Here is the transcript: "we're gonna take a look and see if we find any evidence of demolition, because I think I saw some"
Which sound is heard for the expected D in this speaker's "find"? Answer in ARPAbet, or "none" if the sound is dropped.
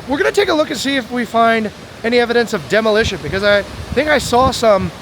D